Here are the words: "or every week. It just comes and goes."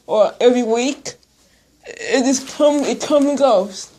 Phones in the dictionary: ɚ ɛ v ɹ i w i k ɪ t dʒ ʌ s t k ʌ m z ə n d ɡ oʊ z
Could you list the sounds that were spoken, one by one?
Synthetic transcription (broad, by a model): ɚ ɛ v ɹ i w i k ɪ t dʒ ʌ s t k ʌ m ə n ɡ oʊ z